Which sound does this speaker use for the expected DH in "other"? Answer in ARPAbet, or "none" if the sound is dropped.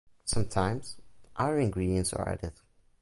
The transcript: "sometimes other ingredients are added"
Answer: none